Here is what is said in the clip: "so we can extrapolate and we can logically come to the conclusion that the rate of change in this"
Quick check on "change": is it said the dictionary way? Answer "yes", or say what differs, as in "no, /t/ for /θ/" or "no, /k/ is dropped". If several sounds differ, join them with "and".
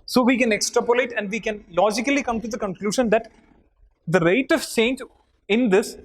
no, /s/ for /tʃ/